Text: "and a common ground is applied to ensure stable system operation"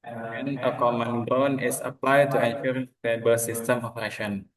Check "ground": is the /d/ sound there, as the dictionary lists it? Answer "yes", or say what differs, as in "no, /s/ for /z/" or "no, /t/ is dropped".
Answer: no, /d/ is dropped